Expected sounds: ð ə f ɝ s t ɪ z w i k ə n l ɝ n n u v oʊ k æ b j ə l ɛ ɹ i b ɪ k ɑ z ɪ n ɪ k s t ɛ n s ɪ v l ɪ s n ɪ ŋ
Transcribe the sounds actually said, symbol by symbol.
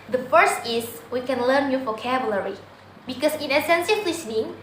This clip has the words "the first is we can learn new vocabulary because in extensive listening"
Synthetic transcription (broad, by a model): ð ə f ɝ s t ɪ s w i k ə n l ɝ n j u f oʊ k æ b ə l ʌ ɹ i b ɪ k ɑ s ɪ n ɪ s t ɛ n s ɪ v l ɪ s n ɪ ŋ